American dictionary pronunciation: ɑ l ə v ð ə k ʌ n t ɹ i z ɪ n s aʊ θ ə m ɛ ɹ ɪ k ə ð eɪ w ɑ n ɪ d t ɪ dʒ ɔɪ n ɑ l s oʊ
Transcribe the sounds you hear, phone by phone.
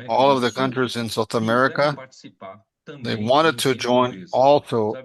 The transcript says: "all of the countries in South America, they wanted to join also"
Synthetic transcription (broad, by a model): ɑ l ə v ð ə k ʌ n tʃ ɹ i z ɪ n s aʊ θ ə m ɛ ɹ ɪ k ə ð eɪ w ɑ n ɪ d t ɪ dʒ ɔɪ n ɑ l s oʊ